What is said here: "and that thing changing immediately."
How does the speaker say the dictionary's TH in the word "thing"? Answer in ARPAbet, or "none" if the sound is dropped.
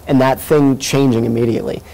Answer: TH